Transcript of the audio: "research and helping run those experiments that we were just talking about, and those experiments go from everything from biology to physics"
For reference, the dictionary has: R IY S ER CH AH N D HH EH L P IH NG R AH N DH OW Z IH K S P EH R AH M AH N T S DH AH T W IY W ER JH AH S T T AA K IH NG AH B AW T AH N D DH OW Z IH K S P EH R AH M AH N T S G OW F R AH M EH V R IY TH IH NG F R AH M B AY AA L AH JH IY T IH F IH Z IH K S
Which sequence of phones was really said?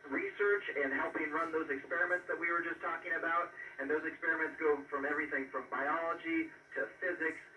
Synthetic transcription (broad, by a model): R IY S ER CH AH N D HH EH L P IH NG R AH N DH OW Z IH K S P EH R AH M AH N T S DH AH T W IY W ER JH AH S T T AA K IH NG AH B AW T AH N DH OW Z IH K S P EH R AH M AH N T S G OW F R AH M EH V R IY TH IH NG F R AH M B AY AA L AH JH IY T IH F IH Z IH K S